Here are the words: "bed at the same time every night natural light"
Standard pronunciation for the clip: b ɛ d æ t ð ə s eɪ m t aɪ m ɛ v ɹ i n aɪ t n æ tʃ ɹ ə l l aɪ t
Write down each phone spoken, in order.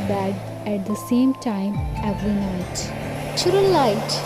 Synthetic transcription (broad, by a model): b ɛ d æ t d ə s eɪ m t aɪ m ɛ v ɹ i n aɪ t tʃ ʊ ɹ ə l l aɪ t